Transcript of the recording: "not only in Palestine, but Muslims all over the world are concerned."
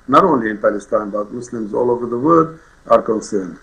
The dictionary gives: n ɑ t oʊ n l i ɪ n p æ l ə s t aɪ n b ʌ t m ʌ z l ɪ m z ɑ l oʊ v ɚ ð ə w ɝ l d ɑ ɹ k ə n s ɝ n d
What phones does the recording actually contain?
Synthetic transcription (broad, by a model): n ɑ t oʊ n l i ɪ n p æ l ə s t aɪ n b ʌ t m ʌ s l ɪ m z ɑ l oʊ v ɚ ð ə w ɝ d ɑ ɹ k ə n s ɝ n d